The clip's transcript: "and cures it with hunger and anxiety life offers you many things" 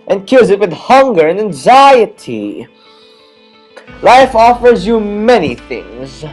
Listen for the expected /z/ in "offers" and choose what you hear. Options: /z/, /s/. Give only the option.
/z/